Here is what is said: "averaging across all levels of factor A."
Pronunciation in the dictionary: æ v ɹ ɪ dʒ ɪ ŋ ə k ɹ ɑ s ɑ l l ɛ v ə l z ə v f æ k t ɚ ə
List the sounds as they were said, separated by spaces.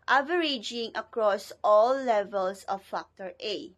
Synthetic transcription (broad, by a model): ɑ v ɹ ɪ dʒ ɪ ŋ ə k ɹ ɑ s ɑ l l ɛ v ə l s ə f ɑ k t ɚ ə